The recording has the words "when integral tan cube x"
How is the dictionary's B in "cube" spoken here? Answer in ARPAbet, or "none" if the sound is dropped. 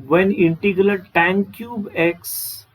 B